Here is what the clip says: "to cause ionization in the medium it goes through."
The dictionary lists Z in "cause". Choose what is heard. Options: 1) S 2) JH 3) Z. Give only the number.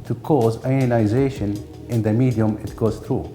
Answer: 3